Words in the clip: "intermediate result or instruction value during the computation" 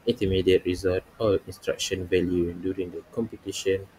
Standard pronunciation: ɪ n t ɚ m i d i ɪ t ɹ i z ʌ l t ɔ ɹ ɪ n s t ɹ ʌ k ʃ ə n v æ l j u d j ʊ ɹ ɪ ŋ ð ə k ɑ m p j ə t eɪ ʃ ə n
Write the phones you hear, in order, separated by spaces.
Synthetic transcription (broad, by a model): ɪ n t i m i d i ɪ t ɹ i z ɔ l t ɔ l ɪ n s t ɹ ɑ k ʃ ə n v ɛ l j u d j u ɹ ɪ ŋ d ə k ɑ m p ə t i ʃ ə n